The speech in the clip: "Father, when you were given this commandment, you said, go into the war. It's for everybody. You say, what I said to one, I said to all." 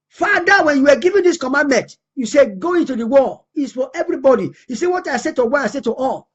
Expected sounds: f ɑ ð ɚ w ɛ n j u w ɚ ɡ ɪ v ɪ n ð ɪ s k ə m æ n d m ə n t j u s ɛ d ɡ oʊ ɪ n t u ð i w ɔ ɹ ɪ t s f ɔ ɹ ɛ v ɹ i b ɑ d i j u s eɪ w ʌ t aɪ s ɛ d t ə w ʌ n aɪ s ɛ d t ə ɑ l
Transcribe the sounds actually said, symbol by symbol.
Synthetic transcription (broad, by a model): f ɑ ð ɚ w ɛ n j u w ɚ ɡ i v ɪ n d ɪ s k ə m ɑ n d m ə n t j u s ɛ ɡ oʊ ɪ n t u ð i w ɔ l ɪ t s f ɔ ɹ ɛ v ɹ i b ɑ d i j u s eɪ w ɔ t aɪ s ɛ t ə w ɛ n aɪ s ɛ t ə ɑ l